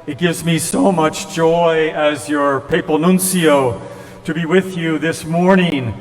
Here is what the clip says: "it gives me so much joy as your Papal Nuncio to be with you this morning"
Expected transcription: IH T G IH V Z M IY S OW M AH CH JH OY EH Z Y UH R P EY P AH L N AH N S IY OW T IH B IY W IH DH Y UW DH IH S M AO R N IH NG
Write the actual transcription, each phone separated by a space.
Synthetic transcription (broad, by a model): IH T G IH V Z M IY S OW M AH CH JH OY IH Z Y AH R P EY P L N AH N S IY OW T IH B IY W IH DH Y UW DH IH S M AO R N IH NG